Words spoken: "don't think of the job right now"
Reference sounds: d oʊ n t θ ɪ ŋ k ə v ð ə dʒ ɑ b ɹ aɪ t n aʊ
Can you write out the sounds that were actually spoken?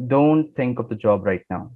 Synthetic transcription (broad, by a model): d oʊ n t t ɪ ŋ k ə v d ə dʒ ɑ b ɹ aɪ t n aʊ